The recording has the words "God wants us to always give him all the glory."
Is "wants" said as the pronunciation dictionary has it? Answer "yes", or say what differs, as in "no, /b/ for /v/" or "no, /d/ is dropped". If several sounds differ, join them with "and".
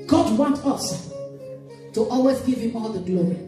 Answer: no, /s/ is dropped